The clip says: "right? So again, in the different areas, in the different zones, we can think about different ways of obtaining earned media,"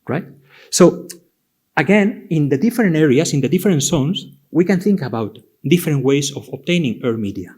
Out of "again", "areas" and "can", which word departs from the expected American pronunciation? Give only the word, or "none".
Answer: areas